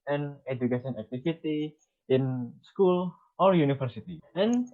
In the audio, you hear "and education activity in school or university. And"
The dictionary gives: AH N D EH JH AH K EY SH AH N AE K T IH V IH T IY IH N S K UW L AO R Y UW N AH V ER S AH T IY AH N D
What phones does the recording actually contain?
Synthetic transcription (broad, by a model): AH N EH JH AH K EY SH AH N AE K T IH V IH T IY IH N S K UW L AO R Y UW N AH F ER S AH T IY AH N